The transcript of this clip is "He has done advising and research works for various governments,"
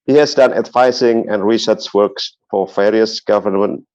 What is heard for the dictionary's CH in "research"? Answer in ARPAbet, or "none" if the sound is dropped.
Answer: S